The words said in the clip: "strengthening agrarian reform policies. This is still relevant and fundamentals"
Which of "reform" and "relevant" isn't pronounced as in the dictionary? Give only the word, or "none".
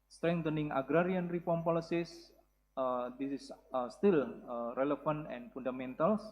relevant